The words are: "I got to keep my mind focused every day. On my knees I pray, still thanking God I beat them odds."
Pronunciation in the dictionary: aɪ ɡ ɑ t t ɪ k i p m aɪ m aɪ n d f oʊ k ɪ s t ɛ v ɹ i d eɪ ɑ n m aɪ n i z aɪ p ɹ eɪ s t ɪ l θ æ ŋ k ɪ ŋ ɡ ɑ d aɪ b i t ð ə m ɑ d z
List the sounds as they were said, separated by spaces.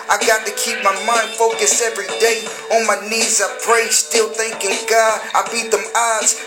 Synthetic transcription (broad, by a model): aɪ ɡ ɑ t t ɪ k i p m aɪ m aɪ n d f oʊ k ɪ s ɛ v ɹ i d eɪ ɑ n m aɪ n i z aɪ p ɹ eɪ s t ɪ l θ æ ŋ k ɪ ŋ ɡ ɑ d aɪ b i t ð ə m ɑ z